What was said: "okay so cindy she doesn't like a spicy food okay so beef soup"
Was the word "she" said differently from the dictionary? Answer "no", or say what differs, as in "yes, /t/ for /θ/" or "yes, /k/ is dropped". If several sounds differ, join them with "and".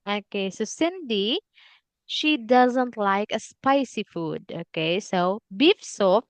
no